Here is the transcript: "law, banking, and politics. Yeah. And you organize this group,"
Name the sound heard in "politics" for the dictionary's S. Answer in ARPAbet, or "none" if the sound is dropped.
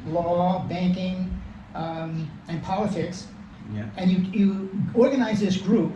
S